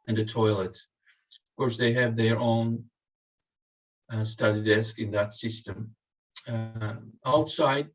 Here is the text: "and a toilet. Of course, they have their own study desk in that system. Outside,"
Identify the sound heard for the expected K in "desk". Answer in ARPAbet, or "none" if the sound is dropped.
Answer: K